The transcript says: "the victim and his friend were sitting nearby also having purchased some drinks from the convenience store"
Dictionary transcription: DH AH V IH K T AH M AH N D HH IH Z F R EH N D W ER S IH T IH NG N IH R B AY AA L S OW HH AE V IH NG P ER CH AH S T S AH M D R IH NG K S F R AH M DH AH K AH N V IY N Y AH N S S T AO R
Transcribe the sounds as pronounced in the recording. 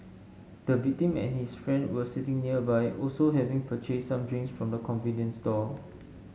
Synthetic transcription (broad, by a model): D AH V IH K T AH M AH N HH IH S F R EH N D W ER S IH T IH NG N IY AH B AY AA L S OW HH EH V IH NG P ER CH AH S S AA M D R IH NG S F R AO M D AH K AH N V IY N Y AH N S S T AO